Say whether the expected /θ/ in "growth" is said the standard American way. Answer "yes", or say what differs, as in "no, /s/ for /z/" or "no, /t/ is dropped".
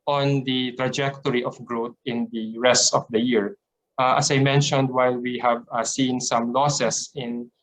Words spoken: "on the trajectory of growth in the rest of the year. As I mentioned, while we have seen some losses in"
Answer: no, /t/ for /θ/